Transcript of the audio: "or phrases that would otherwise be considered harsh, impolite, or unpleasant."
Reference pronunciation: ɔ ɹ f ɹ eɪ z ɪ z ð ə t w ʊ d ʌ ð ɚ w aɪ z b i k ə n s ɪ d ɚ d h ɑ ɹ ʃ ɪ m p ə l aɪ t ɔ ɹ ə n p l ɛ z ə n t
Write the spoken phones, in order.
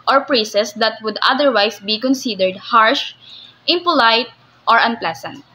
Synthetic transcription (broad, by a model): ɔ ɹ p ɹ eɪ s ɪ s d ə t w ʊ d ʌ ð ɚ w aɪ s b i k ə n s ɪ d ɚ d h ɑ ɹ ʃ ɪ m p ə l aɪ t ɔ ɹ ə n p l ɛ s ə n t